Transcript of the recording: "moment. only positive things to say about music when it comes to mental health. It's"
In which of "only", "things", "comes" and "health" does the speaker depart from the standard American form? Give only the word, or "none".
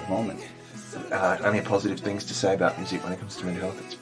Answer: only